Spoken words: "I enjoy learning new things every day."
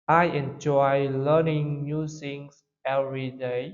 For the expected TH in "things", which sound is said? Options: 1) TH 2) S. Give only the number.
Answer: 2